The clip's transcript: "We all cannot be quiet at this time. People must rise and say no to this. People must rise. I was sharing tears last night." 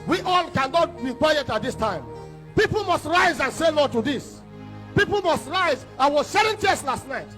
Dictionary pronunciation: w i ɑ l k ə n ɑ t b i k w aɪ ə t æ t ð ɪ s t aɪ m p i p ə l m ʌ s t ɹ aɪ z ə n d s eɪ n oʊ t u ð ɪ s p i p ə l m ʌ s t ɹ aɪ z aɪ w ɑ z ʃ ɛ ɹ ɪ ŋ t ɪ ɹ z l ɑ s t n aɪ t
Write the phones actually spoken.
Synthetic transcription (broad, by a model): w i ɑ l k ə n ɑ t b i k w aɪ ə t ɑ t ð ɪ s t aɪ m p i p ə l m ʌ s t ɹ aɪ z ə n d s eɪ l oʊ t u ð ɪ s p i p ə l m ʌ s t ɹ aɪ z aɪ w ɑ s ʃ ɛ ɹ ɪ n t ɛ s l ɑ s t n aɪ t